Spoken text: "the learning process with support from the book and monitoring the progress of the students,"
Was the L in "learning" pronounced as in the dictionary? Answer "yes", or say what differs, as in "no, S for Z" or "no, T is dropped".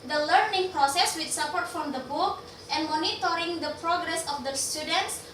yes